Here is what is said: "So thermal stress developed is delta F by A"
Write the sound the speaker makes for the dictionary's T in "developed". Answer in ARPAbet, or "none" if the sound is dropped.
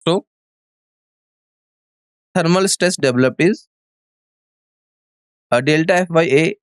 none